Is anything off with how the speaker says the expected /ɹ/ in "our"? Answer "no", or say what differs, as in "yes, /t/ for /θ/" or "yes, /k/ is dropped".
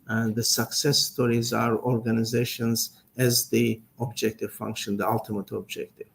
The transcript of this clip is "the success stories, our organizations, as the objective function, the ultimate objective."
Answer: no